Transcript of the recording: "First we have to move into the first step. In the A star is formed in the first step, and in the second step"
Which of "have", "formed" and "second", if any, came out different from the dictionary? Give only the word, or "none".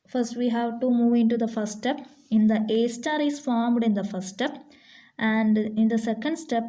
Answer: none